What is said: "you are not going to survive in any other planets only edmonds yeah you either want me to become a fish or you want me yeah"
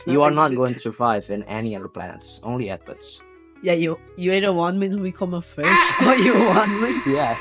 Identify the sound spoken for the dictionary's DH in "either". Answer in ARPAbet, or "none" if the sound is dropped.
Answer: none